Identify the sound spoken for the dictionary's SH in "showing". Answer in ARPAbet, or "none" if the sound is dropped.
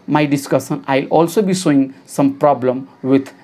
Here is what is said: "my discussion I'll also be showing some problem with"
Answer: S